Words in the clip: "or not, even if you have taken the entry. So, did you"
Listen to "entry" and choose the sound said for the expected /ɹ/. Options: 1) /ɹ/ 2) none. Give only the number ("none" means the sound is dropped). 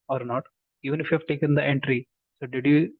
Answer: 1